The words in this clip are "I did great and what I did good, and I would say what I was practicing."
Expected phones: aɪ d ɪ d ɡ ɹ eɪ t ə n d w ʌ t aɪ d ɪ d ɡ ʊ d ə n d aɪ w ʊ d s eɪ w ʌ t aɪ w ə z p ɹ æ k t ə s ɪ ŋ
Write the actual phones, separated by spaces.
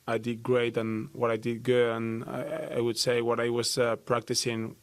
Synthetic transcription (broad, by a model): aɪ d ɪ d ɡ ɹ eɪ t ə n w ʌ t aɪ d ɪ d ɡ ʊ ə n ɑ aɪ w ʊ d s eɪ w ʌ t aɪ w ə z p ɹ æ k t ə s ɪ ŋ